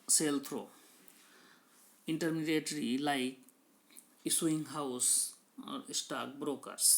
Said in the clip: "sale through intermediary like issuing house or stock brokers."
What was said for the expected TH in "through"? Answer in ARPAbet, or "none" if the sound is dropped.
T